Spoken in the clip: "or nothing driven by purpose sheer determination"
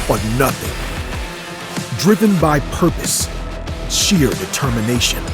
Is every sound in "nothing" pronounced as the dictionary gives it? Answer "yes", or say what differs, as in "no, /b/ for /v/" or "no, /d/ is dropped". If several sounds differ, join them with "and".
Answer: yes